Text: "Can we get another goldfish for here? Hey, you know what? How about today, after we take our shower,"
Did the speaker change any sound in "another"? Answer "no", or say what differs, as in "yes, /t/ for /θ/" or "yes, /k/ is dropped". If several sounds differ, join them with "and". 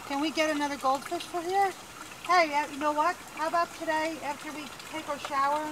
no